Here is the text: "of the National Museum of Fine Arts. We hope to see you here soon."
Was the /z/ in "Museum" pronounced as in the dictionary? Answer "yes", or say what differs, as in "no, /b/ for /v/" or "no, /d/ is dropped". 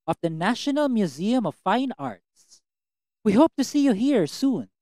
yes